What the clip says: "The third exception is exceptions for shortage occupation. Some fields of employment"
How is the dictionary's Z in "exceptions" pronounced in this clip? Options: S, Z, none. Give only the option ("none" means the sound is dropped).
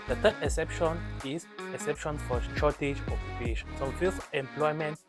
S